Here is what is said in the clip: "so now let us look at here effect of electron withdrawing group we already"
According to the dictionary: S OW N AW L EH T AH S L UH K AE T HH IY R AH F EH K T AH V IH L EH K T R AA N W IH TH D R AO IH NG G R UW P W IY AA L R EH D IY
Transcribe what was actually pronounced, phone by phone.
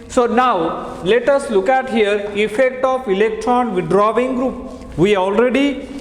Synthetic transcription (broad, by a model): S OW N AW L EH T AH S L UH K AE T HH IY R AH F EH K T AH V IH L EH K T R AA N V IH D R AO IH NG G R UW P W IY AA L R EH D IY